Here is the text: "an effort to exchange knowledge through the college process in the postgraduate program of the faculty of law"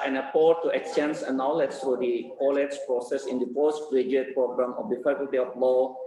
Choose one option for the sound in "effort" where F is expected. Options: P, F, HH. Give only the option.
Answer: P